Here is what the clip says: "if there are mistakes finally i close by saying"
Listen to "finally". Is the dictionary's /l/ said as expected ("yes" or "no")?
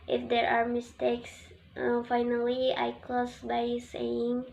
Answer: yes